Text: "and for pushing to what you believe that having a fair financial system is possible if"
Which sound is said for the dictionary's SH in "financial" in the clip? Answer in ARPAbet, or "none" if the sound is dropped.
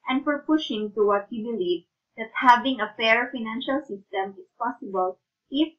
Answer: SH